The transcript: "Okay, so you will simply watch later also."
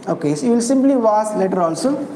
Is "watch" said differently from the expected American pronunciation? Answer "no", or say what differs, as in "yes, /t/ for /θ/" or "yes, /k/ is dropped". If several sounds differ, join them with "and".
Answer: yes, /s/ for /tʃ/